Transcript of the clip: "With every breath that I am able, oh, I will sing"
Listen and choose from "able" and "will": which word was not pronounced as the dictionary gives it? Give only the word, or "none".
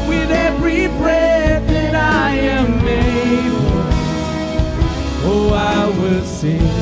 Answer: able